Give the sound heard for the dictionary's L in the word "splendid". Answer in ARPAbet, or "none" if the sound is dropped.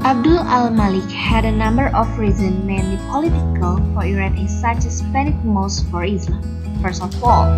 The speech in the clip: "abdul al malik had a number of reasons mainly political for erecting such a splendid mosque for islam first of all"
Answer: none